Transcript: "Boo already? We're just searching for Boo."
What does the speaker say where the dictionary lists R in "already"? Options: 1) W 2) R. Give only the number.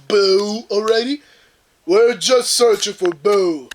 2